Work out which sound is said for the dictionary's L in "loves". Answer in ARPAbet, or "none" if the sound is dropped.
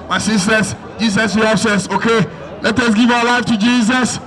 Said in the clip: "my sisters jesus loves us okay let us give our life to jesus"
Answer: W